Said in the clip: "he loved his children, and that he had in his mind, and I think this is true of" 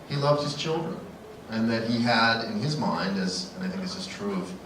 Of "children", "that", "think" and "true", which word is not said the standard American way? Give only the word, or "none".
none